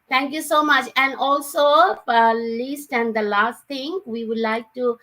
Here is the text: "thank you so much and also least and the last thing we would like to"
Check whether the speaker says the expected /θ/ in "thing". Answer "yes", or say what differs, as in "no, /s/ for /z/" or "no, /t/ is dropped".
no, /t/ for /θ/